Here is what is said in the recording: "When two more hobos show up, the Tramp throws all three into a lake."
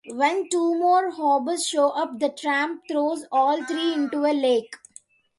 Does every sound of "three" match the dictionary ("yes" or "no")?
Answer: no